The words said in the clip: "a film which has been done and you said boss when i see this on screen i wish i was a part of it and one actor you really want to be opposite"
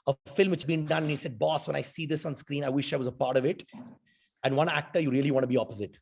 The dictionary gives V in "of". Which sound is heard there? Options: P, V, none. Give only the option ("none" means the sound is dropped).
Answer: V